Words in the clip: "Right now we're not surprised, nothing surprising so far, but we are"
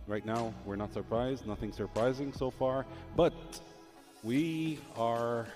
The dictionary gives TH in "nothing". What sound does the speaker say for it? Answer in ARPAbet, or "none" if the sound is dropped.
TH